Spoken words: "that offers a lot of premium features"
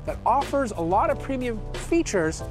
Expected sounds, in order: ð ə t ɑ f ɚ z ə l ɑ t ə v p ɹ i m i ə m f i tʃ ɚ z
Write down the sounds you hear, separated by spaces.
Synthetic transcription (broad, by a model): ð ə t ɑ f ɚ z ə l ɑ t ə v p ɹ i m i ə m f i tʃ ɚ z